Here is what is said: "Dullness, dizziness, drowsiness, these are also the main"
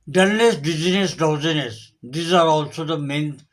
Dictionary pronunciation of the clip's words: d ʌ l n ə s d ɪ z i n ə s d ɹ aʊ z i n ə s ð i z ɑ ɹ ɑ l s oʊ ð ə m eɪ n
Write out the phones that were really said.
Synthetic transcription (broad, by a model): d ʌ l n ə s d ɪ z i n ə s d aʊ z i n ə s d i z ɑ ɹ ɑ l s oʊ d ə m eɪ n